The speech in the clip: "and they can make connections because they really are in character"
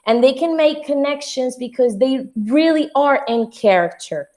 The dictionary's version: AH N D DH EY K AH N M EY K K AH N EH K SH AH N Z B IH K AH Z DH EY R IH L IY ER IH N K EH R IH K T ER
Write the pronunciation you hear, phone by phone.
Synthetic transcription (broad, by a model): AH N DH EY K AH N M EY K K AH N EH K SH AH N Z B IH K AH Z DH EY R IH L IY ER IH N K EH R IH K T ER